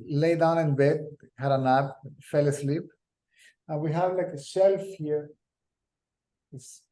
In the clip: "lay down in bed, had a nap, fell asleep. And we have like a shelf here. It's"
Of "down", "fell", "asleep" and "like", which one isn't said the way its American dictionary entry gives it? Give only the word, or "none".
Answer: none